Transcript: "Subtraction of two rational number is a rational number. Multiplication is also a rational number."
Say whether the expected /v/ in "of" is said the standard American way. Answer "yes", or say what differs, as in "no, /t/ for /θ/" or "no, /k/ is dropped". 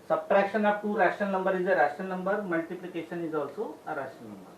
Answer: no, /p/ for /v/